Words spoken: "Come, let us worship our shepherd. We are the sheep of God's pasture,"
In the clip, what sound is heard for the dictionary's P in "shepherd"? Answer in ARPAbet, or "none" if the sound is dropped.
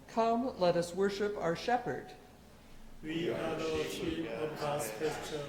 P